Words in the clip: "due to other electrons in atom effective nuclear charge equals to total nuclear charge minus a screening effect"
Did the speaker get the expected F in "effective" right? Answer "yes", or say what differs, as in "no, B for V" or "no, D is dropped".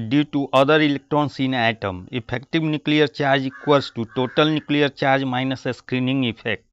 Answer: no, P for F